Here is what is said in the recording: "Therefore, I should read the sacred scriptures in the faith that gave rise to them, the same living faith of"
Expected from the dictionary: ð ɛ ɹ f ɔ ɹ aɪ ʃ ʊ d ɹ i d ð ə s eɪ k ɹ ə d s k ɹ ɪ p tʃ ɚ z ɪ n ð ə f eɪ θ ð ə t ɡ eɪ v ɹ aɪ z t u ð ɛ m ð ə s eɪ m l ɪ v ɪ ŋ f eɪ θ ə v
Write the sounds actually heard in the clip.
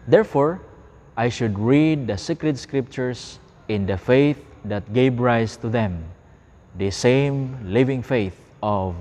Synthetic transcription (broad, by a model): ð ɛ ɹ f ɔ ɹ aɪ ʃ ʊ d ɹ i d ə s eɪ k ɹ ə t s k ɹ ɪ p tʃ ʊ s ɪ n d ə f eɪ θ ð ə t ɡ eɪ v ɹ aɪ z t u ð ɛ m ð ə s eɪ m l ɪ v ɪ ŋ f eɪ θ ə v